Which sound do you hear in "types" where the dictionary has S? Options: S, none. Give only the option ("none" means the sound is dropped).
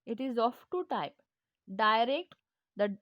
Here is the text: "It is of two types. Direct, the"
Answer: none